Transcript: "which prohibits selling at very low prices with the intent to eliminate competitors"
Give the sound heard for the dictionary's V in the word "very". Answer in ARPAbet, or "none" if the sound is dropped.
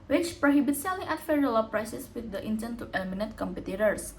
F